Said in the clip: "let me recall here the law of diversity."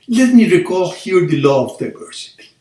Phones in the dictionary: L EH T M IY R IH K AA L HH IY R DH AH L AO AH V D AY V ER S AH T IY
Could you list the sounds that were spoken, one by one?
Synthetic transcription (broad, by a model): L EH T M IY R IH K AA L HH IY R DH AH L AO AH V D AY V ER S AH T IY